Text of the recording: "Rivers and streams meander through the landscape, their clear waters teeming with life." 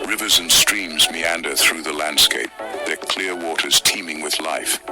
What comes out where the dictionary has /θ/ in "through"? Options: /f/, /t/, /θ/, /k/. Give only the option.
/θ/